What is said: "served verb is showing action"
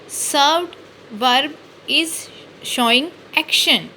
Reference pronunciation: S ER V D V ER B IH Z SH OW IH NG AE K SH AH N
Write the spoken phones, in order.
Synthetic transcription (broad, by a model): S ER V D V ER B IH Z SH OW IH NG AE K SH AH N